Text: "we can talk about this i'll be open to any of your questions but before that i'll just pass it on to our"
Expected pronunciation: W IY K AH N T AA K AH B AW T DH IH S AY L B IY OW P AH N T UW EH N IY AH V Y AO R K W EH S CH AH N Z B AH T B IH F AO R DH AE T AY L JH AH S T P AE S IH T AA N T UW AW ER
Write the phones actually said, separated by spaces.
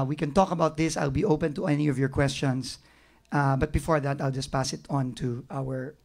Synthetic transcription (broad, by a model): W IY K AH N T AA K AH B AW T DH IH S AY L B IY OW P AH N T UW EH N IY AH V Y AO R K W EH S CH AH N S B AH T B IH F AO R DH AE T AY L JH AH S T P AE S IH T AA N T UW AW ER